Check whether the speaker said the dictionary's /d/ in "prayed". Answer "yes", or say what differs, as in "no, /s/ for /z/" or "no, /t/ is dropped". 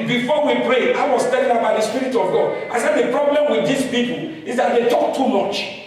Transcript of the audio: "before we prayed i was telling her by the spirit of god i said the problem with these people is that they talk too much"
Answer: no, /d/ is dropped